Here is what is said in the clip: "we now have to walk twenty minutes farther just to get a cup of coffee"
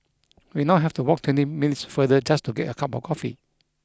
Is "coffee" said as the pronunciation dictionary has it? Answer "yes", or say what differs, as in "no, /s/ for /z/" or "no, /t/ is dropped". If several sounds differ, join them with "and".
yes